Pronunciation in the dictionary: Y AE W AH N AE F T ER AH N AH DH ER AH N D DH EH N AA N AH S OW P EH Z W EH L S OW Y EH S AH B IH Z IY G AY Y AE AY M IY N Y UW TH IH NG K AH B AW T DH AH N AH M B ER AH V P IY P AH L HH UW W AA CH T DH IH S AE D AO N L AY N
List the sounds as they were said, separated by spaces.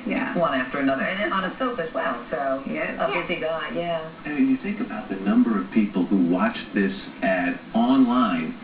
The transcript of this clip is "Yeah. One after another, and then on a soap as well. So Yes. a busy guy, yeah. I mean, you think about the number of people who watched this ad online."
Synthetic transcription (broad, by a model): Y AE W AH N AE F T ER AH N AH DH ER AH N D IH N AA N AH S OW F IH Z W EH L S OW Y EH AH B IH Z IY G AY Y AE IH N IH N Y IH TH IH NG K AH B AW T DH AH N AH M B ER AH V P IY P L HH UW W AA CH DH IH S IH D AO N L AY N